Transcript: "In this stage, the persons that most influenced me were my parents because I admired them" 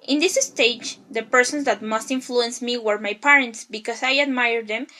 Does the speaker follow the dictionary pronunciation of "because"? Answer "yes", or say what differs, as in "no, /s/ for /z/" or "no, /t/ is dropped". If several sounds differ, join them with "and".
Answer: no, /s/ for /z/